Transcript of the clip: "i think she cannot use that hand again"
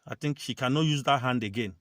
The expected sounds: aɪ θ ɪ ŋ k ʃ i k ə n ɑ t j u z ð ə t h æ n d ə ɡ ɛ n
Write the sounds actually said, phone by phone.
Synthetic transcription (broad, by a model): aɪ t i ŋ k ʃ i k ə n ɑ t j u z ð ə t h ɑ n d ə ɡ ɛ n